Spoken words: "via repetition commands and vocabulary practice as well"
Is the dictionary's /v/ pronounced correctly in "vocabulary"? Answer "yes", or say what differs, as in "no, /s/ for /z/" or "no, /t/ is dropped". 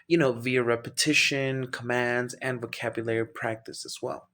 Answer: yes